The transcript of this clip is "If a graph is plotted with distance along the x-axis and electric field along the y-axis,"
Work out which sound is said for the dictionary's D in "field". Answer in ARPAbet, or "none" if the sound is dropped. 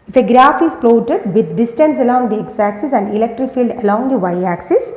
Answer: D